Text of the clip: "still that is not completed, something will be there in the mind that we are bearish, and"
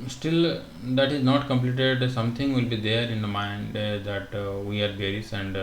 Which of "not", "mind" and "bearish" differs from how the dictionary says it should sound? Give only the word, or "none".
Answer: bearish